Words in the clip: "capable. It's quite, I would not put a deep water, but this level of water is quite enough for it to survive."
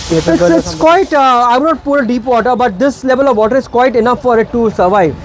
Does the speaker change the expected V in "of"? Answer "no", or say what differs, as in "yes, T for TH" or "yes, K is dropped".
no